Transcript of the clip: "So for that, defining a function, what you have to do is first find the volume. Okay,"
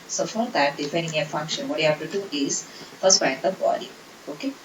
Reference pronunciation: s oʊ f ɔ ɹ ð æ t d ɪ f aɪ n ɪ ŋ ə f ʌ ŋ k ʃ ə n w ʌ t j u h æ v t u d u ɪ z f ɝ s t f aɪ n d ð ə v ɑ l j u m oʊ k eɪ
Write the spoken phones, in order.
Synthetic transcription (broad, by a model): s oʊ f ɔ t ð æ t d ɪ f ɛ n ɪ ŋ ə f ʌ ŋ k ʃ ə n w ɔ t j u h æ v t u d u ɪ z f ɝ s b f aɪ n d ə b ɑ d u oʊ k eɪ